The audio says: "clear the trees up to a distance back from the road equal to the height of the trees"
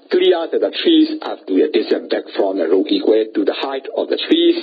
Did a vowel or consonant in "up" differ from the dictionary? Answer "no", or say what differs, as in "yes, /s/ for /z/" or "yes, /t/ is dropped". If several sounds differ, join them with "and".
yes, /f/ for /p/